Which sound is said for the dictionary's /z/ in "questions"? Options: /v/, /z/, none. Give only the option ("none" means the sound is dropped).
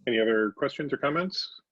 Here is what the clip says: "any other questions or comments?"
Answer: /z/